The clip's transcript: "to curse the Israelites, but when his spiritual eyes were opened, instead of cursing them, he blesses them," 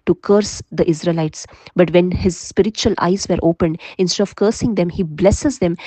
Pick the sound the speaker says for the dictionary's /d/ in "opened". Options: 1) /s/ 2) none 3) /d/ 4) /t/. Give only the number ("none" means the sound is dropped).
3